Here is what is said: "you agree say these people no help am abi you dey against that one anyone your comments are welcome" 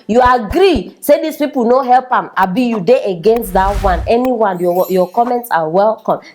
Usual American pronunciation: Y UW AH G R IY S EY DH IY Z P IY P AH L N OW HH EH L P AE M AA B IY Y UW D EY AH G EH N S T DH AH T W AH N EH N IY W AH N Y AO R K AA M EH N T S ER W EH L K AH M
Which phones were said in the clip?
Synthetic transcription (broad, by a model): Y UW AH G R IY S EY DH IY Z P IY P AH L N OW HH EH L P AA M AA B IY Y UW D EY AH G EH N S T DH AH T W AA N EH N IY W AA N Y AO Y K AA M EH N T S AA W EH L K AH M